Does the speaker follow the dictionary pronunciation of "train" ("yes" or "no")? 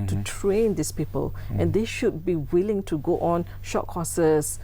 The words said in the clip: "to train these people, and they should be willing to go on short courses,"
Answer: yes